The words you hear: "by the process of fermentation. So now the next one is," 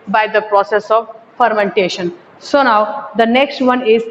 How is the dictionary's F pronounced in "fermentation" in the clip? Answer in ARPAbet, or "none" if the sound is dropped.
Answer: F